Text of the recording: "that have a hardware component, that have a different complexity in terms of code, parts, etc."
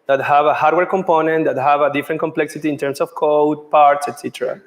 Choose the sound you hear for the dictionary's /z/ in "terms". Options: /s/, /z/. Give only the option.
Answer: /s/